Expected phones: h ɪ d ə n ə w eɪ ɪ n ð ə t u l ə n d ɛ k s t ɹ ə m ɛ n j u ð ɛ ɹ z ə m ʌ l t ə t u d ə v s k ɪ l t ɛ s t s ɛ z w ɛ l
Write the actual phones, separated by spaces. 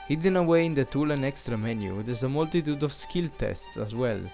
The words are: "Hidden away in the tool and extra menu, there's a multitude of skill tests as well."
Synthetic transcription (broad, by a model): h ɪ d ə n ə w eɪ ɪ n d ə t u l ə n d ɛ k s t ɹ ə m ɛ n j u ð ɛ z ə m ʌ l t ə t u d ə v s k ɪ l t ɛ s t s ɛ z w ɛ l